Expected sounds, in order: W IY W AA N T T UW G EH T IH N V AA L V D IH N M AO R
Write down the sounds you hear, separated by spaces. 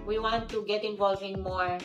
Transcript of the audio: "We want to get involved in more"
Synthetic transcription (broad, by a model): W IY W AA N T T UW G EH T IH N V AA L V IH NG M AO R